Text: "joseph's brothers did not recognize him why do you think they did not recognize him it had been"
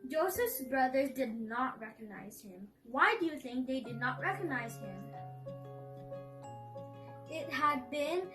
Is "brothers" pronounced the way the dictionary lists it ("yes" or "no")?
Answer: yes